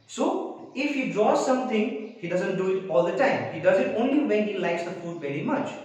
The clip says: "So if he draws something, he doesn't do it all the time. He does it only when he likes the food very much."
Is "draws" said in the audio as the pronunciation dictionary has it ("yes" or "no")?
no